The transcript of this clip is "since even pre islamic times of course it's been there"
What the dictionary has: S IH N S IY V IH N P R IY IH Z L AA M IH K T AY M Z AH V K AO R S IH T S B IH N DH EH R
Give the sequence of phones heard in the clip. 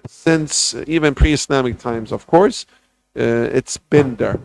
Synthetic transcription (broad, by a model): S IH N S IY V IH N P R IY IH S L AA M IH K T AY M Z AH V K AO R S IH T S B IH N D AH R